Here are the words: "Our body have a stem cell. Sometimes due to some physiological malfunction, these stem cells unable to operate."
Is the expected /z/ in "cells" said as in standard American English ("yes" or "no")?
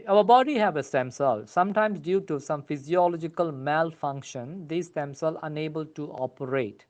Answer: no